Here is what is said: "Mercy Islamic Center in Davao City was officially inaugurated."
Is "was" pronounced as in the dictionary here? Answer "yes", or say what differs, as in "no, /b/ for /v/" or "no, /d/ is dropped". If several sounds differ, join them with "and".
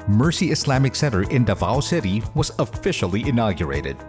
yes